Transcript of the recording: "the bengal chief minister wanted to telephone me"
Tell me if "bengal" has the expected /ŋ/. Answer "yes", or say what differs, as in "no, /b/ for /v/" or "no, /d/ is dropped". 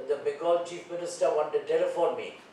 no, /ŋ/ is dropped